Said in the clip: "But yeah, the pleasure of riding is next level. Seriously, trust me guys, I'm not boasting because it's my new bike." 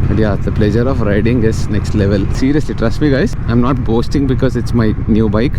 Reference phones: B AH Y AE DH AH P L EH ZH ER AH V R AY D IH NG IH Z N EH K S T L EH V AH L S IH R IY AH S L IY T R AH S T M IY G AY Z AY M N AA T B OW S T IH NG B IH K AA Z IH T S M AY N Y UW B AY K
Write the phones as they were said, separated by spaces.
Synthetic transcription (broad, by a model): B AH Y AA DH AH P L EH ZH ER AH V R AY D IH NG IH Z N EH K S T L EH V AH L S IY R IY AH S L IY T R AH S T M IY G AY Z AY M N AA T B OW S T IH NG B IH K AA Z IH T S M AY N Y UW B AY K